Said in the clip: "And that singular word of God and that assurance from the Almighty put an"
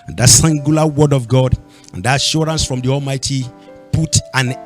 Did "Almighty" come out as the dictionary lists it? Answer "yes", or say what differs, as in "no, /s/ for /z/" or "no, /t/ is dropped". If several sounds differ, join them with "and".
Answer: yes